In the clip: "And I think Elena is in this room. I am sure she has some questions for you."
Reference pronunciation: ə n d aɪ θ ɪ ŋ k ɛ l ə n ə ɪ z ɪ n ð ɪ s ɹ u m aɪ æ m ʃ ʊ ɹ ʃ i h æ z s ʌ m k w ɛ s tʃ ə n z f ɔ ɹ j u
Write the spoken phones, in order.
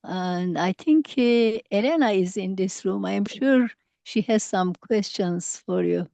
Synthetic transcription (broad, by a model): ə n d aɪ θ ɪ ŋ k ɛ l ə n ə ɪ z ɪ n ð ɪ s ɹ u m aɪ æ m ʃ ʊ ɹ ʃ i h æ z s ʌ m k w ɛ s tʃ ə n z f ɔ ɹ j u